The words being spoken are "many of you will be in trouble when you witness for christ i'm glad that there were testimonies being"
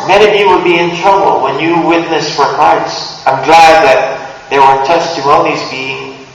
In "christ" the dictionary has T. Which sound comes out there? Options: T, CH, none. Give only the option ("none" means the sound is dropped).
none